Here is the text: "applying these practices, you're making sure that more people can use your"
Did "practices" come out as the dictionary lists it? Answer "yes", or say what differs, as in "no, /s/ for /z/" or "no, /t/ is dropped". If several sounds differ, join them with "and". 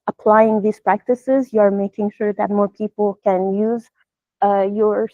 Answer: yes